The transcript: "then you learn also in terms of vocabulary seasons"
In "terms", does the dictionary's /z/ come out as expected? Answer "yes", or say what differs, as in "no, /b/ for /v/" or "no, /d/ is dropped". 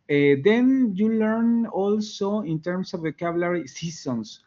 no, /s/ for /z/